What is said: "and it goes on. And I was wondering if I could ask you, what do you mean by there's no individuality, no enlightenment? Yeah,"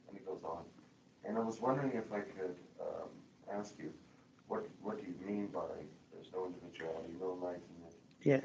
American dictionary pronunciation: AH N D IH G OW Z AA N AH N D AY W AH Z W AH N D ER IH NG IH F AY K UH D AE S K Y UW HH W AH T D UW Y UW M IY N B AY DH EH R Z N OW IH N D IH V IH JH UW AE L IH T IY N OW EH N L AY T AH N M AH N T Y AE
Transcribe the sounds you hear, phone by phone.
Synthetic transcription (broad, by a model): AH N IH G OW Z N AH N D AY W AH Z W AH N D ER IH NG IH F AY K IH D AE S K Y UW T W AH T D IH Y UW M IY N B AY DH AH R Z N OW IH N D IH V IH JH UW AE L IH T IY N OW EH L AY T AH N AH T Y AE